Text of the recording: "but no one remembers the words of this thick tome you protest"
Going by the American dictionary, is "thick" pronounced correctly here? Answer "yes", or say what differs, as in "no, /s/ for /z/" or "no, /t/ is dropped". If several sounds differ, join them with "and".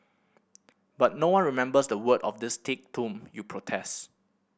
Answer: no, /t/ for /θ/